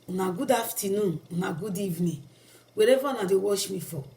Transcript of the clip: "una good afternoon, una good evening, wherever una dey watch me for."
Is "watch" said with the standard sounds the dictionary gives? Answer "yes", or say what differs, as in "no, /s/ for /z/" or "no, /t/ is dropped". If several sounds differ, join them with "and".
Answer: no, /ʃ/ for /tʃ/